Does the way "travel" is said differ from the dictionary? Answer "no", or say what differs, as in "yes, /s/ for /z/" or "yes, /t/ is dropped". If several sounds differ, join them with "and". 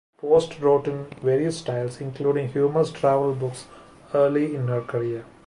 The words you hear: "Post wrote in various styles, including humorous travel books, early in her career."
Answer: no